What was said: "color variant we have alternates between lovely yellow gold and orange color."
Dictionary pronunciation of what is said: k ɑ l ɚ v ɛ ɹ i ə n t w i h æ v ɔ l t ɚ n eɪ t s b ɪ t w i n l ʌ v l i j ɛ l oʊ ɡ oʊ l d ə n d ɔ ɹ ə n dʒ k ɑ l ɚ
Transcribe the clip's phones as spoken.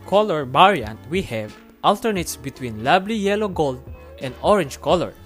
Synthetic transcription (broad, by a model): k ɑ l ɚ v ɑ ɹ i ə n t w i h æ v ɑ l t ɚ n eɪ t s b ɪ t w i n l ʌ b l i j ɛ l oʊ ɡ oʊ l d ə n d ɔ ɹ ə n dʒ k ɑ l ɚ